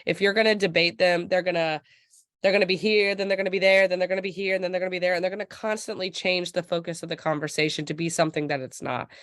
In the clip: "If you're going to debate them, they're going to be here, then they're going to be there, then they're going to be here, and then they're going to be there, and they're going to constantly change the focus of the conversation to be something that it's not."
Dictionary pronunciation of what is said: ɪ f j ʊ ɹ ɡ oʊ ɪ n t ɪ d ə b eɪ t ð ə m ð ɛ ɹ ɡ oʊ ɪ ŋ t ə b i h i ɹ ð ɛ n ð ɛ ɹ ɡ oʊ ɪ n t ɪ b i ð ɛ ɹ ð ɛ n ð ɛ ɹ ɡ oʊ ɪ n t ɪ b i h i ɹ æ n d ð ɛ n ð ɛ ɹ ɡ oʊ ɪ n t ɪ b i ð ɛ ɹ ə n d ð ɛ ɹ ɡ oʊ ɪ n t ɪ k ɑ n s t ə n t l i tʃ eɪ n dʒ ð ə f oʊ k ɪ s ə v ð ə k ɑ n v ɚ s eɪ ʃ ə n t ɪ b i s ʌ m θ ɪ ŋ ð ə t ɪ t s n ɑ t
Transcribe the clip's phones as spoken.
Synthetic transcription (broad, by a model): ɪ f j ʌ ɹ ɡ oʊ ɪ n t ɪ d ə b eɪ t ð ə m ð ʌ ɹ ɡ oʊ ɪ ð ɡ ə b i h i ɹ ð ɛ n ð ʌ ɹ ɡ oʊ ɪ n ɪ b i ð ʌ ɹ ð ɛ n ð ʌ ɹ ɡ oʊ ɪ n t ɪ b i h i ɹ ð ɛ n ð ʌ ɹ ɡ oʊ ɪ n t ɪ b i ð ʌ ɹ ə n ð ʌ ɹ ɡ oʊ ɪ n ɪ k ɑ n s t ə n t l i tʃ eɪ n dʒ ð ə f oʊ k ɪ s ə v ð ə k ɑ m v ɚ s eɪ ʃ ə n t ɪ b i s ʌ m θ ɪ ŋ ð ə t ɪ t s n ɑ t